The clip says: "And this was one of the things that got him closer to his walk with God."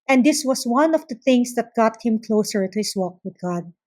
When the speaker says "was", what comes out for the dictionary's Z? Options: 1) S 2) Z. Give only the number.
1